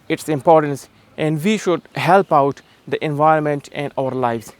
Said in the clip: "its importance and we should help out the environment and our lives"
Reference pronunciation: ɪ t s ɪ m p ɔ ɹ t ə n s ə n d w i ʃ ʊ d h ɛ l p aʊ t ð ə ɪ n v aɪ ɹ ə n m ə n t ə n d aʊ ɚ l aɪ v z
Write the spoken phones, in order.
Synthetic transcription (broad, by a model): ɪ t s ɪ m p ɔ ɹ t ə n s ə n d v i ʃ ʊ d h ɛ l p aʊ t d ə ɪ n v aɪ ɹ ə n m ə n t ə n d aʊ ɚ l aɪ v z